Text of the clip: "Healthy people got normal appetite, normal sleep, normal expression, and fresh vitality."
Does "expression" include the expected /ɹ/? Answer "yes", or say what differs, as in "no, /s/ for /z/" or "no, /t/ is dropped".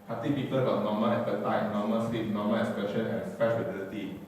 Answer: no, /ɹ/ is dropped